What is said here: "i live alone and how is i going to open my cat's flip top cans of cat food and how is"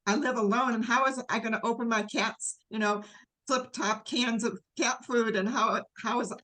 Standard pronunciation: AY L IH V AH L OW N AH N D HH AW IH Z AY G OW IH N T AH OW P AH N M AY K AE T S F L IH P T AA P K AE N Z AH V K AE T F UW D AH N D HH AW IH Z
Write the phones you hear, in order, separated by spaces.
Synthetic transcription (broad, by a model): AY L IH V AH L OW N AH N HH AW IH Z AY G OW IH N T AH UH P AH N M AY K AE T S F L IH P T AA P K AE N Z AH V K AE T F UW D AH N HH HH AW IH Z